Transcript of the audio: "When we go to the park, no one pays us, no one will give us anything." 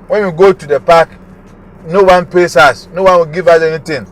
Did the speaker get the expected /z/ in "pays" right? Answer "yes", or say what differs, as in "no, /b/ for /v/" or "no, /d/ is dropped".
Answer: no, /s/ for /z/